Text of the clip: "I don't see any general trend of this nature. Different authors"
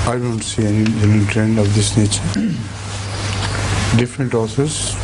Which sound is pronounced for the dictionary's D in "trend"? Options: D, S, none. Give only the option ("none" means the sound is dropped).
D